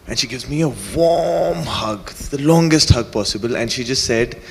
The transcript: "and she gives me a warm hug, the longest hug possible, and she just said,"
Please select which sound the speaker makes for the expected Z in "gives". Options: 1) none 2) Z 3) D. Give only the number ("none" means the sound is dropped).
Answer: 2